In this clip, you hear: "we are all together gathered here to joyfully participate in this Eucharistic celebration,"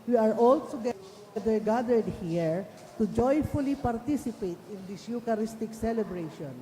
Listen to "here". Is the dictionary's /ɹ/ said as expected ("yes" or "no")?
yes